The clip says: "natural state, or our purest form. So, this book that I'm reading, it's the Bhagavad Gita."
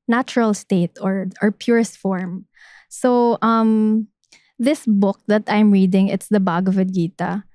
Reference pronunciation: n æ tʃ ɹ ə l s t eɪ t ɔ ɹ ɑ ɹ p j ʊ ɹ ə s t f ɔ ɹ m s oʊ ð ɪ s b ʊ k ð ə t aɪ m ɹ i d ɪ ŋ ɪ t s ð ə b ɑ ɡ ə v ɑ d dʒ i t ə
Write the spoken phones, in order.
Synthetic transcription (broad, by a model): n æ tʃ ɹ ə l s t eɪ t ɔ ɹ ɑ ɹ p j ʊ ɹ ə s t f ɔ ɹ m s oʊ ð ɪ s b ʊ k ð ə t aɪ m ɹ i d ɪ ŋ ɪ t s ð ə b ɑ ɡ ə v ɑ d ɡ i t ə